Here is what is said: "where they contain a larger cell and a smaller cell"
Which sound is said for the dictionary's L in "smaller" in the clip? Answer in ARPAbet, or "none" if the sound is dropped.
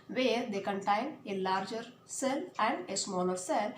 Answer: N